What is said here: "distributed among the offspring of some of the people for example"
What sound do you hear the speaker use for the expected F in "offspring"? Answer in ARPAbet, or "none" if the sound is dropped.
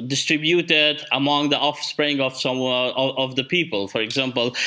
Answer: F